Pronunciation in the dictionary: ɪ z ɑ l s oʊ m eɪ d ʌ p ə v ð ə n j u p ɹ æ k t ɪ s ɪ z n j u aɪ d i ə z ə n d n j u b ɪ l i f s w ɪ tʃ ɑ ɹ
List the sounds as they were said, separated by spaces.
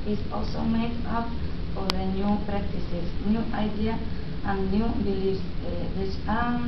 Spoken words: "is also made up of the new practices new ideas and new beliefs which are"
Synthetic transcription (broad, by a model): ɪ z ɑ l s oʊ m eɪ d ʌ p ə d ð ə n j u p ɹ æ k t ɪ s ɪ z n j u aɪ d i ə ə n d n j u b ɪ l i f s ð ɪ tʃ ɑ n